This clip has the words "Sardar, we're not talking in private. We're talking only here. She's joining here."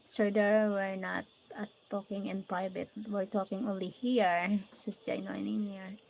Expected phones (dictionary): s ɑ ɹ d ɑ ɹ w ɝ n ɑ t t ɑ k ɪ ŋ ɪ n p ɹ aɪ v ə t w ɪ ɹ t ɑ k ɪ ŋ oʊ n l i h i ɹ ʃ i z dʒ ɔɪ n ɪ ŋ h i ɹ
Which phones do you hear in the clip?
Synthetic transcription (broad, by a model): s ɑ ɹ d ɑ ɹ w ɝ n ɑ t t ɑ k ɪ ŋ ɪ n p ɹ aɪ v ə t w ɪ ɹ t ɑ k ɪ ŋ oʊ n l i h i ɹ s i s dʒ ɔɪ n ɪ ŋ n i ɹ